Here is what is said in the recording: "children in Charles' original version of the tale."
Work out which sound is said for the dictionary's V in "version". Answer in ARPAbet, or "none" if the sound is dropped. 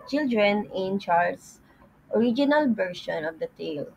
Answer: B